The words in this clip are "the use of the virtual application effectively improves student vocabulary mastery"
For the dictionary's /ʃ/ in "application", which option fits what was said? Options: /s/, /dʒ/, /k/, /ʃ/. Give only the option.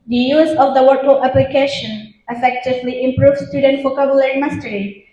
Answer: /ʃ/